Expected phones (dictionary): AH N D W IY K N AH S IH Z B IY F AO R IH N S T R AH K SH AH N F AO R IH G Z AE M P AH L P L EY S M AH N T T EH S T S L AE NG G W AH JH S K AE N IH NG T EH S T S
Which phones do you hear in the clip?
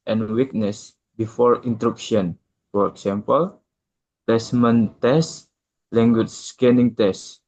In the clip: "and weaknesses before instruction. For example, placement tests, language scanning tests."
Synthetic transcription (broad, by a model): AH N W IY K N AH S B IY F AO R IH N T R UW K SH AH N F AO R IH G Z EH M P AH L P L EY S M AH N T T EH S S L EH NG G W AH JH S K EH N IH NG T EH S S